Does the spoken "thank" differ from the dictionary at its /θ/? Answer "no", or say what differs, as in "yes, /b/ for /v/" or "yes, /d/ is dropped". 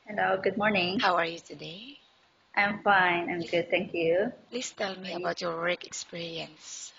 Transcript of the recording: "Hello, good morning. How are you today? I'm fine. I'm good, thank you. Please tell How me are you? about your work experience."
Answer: yes, /t/ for /θ/